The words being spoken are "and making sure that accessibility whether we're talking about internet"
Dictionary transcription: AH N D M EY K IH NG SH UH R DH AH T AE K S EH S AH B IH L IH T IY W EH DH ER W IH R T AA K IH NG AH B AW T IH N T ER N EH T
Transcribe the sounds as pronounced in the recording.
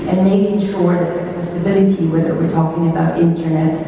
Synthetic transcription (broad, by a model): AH N M EY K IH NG SH UH R DH AH T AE K S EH S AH B IH L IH T IY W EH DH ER W IH R T AA K IH NG AH B AW T IH N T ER N EH T